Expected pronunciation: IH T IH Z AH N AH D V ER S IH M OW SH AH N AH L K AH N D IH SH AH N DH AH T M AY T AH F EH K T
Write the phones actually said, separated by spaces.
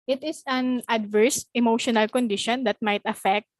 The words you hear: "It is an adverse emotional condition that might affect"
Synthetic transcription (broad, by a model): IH T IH S AH N AH D V ER S IH M OW SH AH N AH L K AH N D IH SH AH N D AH T M AY T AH F EH K T